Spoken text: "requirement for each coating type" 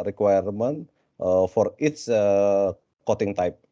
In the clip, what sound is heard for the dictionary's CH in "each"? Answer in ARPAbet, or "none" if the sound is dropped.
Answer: S